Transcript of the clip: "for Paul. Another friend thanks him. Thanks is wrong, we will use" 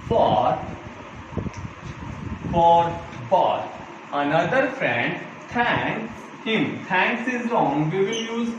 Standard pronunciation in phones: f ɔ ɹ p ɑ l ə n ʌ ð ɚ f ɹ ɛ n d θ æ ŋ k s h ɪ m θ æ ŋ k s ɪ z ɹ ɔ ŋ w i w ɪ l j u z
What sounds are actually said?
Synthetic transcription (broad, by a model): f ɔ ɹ b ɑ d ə n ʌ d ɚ f ɹ ɛ n d t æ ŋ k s h ɪ m t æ ŋ k s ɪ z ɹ ɔ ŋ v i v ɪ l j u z